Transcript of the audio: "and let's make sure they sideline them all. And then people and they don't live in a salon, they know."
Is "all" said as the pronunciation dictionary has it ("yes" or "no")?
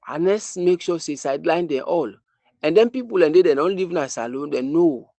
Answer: yes